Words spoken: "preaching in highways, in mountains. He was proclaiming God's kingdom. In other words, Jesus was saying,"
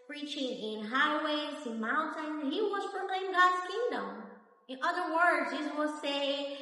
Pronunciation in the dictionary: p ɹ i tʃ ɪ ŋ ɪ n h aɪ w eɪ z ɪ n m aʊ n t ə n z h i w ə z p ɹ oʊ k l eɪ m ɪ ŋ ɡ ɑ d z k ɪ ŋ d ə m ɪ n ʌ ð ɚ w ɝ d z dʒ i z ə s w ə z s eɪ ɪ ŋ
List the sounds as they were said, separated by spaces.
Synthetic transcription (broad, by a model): p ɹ i tʃ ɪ ŋ ɪ n h aɪ w eɪ z ɪ n m aʊ n t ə n h i w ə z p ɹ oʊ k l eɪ ɪ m ɡ ɑ d z k ɪ ŋ d ə m ɪ n ʌ ð ɚ w ɝ d z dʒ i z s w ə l s eɪ ɪ